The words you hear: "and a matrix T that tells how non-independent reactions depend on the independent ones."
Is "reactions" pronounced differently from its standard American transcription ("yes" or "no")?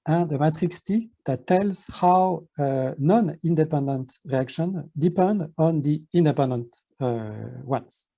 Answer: yes